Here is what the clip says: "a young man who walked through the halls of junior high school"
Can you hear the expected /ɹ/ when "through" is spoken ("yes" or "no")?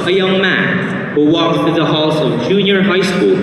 no